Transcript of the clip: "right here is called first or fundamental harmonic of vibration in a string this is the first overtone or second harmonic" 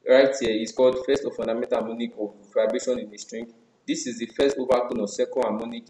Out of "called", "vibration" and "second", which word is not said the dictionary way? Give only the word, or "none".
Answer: vibration